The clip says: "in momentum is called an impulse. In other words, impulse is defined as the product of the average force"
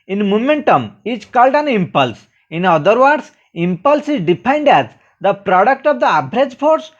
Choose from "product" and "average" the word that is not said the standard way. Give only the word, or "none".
average